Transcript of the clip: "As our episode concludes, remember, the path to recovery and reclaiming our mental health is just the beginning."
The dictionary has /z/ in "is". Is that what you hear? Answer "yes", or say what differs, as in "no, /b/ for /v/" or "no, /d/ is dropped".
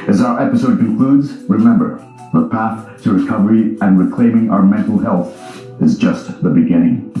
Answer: yes